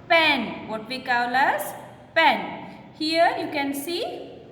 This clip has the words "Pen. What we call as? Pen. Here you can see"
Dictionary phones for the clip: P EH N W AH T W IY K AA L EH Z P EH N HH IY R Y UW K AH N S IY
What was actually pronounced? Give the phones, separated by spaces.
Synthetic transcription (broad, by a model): P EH N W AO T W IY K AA L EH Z P EH N HH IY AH Y UW K AH N S IY